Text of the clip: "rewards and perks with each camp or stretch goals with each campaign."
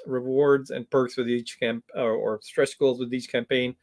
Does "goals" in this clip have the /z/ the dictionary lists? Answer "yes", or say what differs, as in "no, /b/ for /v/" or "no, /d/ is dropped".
yes